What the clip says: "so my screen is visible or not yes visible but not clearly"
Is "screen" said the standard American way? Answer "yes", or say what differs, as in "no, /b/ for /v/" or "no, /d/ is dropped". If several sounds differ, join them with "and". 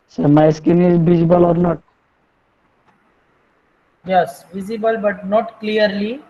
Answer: no, /ɹ/ is dropped